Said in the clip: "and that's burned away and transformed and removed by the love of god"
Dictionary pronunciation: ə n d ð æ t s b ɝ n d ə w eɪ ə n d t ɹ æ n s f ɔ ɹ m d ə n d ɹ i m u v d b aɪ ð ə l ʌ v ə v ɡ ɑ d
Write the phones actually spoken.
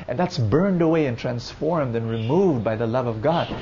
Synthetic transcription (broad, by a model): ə n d ð æ t s b ɝ n d ə w eɪ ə n t ɹ æ n s f ɔ ɹ m d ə n ɹ i m u v d b aɪ ð ə l ʌ v ə v ɡ ɑ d